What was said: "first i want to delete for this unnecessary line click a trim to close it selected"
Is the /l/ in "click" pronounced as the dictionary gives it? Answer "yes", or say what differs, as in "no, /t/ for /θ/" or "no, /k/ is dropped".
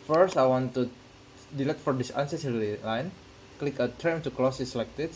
yes